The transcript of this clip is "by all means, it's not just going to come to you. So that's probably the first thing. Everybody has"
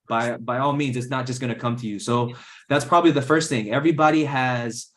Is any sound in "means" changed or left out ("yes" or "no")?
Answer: no